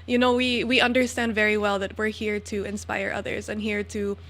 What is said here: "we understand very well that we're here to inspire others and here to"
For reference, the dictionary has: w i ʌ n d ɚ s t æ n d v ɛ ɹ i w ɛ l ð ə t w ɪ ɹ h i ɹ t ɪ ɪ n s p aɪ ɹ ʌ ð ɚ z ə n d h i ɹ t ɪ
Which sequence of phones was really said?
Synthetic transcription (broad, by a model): w i ʌ n d ɚ s t æ n d v ɛ ɹ i w ɛ l ð ə t w ɪ ɹ h i ɹ t ɪ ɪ n s p aɪ ɹ ʌ ð ɚ z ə n h i ɹ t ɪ